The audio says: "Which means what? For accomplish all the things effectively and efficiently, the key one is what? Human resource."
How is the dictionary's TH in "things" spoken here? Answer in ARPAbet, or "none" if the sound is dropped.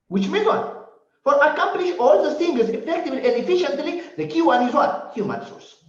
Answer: S